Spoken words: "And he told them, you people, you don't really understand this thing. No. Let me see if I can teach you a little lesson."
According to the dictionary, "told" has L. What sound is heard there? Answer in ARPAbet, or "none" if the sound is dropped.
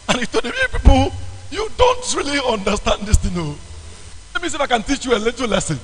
none